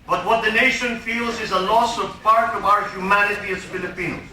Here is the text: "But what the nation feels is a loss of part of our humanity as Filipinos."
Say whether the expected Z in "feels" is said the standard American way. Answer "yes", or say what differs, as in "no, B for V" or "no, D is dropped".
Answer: yes